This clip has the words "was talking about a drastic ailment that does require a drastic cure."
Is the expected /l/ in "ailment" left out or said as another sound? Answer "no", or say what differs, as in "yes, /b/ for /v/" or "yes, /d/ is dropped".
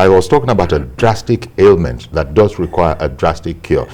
no